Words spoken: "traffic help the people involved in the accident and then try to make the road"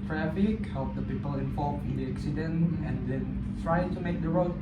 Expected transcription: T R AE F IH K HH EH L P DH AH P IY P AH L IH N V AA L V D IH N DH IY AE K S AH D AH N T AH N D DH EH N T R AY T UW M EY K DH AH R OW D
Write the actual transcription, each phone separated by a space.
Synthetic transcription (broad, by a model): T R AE F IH K HH EH L P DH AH P IY P AH L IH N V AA L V IH N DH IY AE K S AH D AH N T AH N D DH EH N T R AY T UW M EY K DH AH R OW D